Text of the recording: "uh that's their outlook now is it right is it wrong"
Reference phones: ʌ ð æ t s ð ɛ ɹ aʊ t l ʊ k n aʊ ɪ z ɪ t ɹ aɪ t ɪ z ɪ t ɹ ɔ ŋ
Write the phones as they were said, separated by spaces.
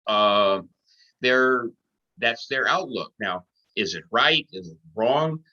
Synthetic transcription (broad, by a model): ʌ ð æ t s ð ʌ ɹ aʊ t l ʊ k n aʊ ɪ z ɪ t ɹ aɪ t ɪ z ɪ t ɹ ɔ ŋ